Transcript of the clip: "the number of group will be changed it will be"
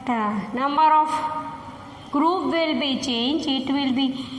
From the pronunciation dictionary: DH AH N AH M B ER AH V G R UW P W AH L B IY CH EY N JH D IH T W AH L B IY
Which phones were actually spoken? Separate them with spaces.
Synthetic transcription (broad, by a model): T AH N AH M B ER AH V G R UW P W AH L B IY CH EY N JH IH T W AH L B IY